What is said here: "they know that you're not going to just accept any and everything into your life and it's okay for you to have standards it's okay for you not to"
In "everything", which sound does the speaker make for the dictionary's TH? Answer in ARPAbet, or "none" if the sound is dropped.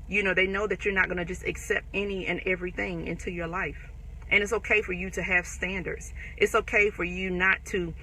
TH